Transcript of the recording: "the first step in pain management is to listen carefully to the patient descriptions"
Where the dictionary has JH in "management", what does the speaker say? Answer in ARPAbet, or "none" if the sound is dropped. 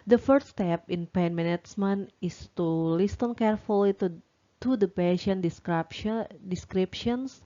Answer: CH